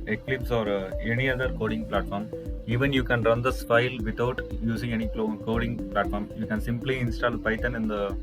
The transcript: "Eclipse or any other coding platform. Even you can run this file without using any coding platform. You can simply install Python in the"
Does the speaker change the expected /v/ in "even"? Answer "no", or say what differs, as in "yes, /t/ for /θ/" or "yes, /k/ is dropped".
no